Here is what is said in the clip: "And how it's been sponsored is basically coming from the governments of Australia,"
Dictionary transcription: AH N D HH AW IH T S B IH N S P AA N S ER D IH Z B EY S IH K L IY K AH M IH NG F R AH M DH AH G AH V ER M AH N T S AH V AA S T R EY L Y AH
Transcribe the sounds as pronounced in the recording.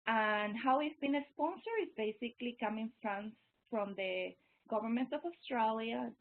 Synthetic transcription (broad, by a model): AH N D HH AW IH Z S B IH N S P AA N S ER IH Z B EY S IH K L IY K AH M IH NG F R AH M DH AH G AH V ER M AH N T AH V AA S T R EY L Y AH